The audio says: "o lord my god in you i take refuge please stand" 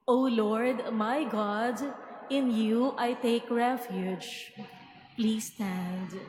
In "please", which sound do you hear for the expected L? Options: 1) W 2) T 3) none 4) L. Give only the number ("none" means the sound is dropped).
4